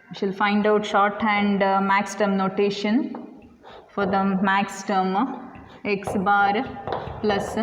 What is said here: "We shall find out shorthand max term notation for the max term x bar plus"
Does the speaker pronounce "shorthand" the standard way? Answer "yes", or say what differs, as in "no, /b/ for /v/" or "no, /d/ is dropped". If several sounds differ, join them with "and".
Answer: yes